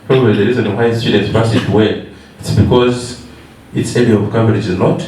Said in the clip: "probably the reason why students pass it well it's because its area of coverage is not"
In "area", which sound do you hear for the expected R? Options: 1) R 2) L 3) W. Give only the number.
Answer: 2